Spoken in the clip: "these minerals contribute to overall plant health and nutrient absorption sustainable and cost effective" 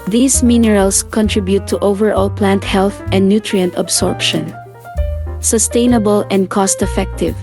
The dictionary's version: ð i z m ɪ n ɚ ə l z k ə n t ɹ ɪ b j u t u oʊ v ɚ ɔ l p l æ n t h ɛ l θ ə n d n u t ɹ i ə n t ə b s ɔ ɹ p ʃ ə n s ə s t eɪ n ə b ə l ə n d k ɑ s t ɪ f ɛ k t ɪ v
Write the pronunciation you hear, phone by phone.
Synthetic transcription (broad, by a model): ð i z m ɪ n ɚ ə l s k ə n t ɹ ɪ b j u t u oʊ v ɚ ɔ l p l æ n t h ɛ l θ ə n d n u t ɹ i ə n t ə b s ɔ ɹ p ʃ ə n s ə s t eɪ n ə b ə l ə n d k ɑ s t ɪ f ɛ k t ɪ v